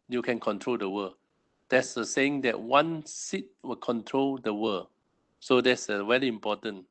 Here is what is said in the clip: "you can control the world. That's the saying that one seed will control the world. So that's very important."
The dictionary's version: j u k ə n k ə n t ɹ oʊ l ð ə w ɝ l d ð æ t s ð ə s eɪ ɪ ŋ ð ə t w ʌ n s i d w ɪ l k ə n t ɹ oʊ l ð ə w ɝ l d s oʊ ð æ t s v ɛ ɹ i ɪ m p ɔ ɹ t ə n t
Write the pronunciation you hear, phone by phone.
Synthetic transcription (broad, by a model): j u k ə n k ə n t ɹ oʊ l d ə w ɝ d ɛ t s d ə s eɪ ɪ ŋ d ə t w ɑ n s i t w ɪ l k ə n t ɹ oʊ l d ə w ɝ s oʊ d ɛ t s w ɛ l i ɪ m p ɔ t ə n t